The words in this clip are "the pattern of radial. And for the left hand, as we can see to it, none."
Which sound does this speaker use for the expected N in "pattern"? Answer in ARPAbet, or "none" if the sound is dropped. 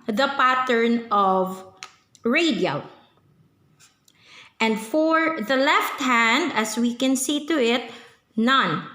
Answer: N